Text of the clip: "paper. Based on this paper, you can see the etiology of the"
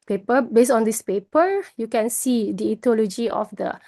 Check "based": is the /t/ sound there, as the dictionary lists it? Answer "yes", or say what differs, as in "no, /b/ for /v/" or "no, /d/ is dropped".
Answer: no, /t/ is dropped